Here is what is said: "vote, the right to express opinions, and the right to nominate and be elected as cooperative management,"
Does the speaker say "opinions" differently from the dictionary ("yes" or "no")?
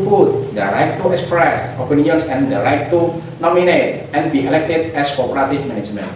yes